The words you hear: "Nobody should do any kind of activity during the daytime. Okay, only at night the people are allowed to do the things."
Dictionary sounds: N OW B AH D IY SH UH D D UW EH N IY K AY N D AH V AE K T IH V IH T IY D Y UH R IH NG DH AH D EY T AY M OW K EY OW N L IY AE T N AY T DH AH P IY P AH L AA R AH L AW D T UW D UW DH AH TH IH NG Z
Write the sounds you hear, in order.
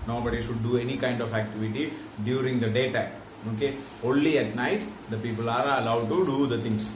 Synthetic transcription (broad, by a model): N OW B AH D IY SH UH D D UW EH N IY K AY N D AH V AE K T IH V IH T IY D Y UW R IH NG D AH D EY T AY OW K EY OW N L IY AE T N AY T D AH P IY P AH L AA R AH L AW D T UW D UW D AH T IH NG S